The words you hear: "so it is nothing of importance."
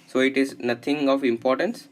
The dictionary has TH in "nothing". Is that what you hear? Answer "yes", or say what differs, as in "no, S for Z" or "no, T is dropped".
no, T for TH